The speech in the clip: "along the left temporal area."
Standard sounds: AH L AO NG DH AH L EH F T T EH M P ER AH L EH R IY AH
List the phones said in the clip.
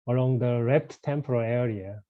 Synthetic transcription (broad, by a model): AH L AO NG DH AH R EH P T T EH M P ER AH L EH R IY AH